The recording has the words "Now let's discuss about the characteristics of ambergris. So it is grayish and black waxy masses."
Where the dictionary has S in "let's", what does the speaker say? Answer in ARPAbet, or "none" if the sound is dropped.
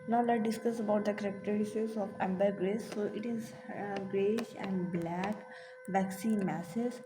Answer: none